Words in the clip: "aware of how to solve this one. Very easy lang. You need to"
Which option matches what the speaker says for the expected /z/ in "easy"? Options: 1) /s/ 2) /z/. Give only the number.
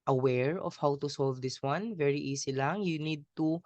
1